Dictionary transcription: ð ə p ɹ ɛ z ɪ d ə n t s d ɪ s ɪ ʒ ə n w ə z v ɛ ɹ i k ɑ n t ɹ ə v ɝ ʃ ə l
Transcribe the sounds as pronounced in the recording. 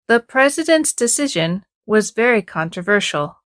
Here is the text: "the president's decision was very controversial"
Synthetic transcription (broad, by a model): ð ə p ɹ ɛ z ɪ d ə n t s d ɪ s ɪ ʒ ə n w ə z v ɛ ɹ i k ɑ n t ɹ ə v ɝ ʃ l